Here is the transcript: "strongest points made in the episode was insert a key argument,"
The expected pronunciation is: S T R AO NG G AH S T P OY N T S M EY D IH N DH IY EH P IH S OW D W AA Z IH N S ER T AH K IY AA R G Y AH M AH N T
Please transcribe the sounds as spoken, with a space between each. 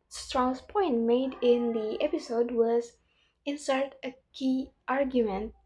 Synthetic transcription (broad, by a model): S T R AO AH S P OY N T M EY D IH N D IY EH P IH S OW D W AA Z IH N S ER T AH K IY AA R G Y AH M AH N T